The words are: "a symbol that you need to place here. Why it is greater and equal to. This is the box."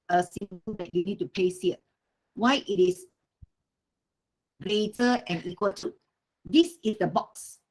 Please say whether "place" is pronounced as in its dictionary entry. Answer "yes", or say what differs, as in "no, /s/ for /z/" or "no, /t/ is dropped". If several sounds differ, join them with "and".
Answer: no, /l/ is dropped